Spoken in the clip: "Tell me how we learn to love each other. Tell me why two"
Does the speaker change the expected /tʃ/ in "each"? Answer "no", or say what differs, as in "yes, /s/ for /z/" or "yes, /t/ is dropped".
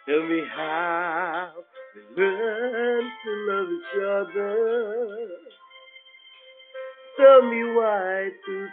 no